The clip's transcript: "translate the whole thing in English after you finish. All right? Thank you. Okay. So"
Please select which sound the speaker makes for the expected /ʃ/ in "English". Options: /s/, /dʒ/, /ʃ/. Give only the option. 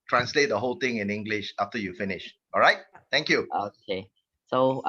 /ʃ/